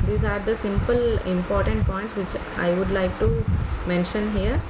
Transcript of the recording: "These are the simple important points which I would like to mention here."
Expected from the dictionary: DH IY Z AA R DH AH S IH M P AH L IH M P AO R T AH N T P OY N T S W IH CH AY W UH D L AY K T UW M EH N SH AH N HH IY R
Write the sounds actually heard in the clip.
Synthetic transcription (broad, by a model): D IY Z AA R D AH S IH M P AH L IH M P AO R T AH N T P OY N T S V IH CH AY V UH D L AY K T UW M EH N SH AH N HH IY R